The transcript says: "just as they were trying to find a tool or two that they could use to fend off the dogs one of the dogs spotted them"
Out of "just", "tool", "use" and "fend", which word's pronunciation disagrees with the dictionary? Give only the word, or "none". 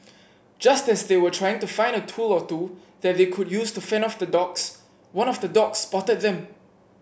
fend